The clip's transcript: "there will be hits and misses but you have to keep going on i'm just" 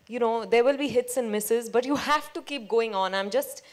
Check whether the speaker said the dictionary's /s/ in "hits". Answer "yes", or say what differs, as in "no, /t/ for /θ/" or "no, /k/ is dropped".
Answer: yes